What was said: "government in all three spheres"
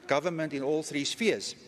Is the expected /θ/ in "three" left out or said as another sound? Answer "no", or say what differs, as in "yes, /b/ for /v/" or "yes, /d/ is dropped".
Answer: no